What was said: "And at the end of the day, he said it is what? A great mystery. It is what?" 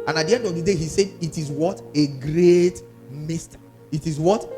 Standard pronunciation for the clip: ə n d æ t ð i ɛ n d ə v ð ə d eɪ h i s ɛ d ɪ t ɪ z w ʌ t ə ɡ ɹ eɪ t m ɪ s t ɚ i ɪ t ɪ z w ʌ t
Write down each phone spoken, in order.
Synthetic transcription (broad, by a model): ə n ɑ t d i ɛ n d ə v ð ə d eɪ h i s ɛ d ɪ t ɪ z w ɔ t ə ɡ ɹ eɪ t m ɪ s t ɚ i ɪ t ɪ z w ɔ t